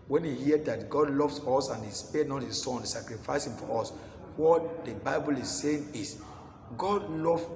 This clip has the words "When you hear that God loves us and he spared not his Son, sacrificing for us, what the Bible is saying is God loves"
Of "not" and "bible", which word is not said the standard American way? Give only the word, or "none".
none